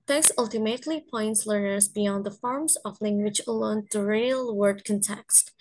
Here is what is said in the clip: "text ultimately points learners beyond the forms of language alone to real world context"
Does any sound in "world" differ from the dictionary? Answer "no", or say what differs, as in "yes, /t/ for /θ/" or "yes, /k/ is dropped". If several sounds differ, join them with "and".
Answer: yes, /l/ is dropped